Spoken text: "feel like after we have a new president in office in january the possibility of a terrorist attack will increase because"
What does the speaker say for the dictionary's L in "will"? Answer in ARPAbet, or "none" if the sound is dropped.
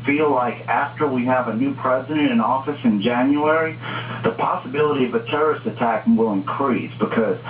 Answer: L